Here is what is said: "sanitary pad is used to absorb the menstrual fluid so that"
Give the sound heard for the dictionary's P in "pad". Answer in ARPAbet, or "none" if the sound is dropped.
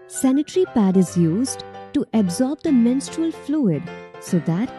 P